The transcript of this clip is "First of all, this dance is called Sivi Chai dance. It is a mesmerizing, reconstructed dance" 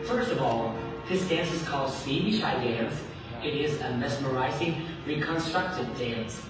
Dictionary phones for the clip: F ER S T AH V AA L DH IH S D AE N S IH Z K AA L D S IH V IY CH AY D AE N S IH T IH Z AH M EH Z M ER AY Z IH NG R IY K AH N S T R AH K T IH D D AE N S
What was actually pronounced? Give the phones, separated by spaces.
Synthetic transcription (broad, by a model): F ER S T AH V AA L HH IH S D AE N S IH Z K AA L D S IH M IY SH AY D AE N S IH T IH Z AH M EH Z M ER AY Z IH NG R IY K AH N S T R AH K T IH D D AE N S